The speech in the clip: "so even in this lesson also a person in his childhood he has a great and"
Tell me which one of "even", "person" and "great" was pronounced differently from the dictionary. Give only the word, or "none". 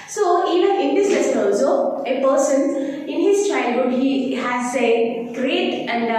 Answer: even